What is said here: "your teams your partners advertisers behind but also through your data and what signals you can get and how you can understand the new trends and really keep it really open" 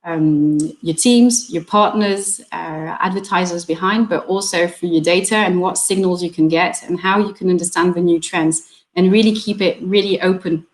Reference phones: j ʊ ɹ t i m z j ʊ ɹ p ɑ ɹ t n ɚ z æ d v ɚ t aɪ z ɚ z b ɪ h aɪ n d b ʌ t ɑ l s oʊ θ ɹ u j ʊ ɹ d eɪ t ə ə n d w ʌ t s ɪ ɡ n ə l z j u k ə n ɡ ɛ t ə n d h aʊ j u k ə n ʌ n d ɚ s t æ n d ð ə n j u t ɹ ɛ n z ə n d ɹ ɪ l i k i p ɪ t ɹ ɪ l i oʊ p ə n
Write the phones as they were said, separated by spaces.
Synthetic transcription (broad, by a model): j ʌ ɹ t i m z j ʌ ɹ p ɑ ɹ t n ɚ z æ d v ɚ t aɪ z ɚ z b ɪ h aɪ n d b ʌ t ɑ l s oʊ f ɹ j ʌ ɹ d eɪ t ə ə n w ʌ t s ɪ ɡ n ə l z j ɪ k ə n ɡ ɛ t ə n h aʊ j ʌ k ə n ʌ n d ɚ s t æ n ð ə n j u t ɹ ɛ n z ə n ɹ ɪ l i k i p ɪ t ɹ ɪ l i oʊ p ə n